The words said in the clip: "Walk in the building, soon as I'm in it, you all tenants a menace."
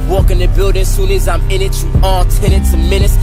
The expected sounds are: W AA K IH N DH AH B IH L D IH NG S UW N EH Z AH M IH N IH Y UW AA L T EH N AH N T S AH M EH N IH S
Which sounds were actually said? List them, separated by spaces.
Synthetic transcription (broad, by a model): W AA K IH N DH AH B IH L D IH NG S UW L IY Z AH M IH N IH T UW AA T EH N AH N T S AH M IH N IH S